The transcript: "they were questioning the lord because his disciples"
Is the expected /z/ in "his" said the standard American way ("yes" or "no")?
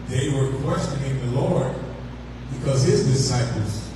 yes